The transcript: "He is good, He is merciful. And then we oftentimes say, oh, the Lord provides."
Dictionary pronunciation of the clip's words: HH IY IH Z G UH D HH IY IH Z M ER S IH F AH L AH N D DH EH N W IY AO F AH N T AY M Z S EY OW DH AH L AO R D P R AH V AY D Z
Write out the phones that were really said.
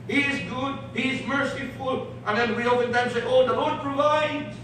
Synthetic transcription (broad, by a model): HH IY IH Z G UH D HH IY IH Z M ER S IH F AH L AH N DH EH N W IY AO P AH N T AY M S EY OW DH AH L AO R D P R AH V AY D